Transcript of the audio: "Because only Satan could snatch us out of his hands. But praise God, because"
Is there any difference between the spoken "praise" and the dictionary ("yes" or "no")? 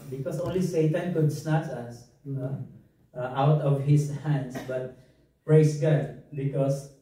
yes